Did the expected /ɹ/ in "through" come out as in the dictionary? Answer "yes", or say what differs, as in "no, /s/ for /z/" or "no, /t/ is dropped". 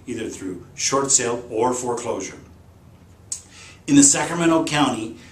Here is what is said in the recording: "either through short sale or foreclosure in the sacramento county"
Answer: yes